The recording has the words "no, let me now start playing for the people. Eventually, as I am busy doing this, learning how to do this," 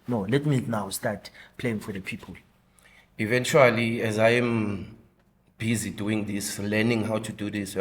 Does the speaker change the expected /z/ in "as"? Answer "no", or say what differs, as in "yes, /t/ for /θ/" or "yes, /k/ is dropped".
no